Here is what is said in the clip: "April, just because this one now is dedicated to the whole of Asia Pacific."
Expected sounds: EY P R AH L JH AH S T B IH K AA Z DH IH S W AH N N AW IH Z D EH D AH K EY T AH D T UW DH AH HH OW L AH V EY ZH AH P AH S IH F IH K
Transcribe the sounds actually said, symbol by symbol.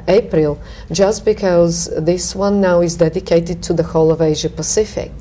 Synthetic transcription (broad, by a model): EY P R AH L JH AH S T B IH K AA Z DH IH S W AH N N AW IH Z D EH D AH K EY T AH D T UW DH AH HH OW L AH V EY ZH AH P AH S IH F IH K